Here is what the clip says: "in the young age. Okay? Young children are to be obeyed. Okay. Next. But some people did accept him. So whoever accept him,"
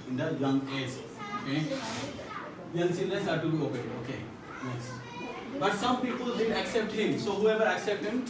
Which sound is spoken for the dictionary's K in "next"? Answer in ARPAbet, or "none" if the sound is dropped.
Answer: none